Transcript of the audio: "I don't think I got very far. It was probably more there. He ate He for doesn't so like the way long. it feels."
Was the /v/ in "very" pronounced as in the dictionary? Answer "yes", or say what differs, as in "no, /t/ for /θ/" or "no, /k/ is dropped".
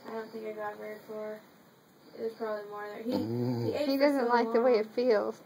no, /w/ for /v/